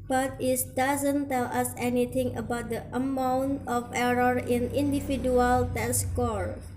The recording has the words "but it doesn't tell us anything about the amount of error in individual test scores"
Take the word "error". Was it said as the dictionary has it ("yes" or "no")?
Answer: yes